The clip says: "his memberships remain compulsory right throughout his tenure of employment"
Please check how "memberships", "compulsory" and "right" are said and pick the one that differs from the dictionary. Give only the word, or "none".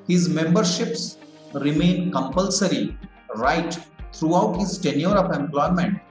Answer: none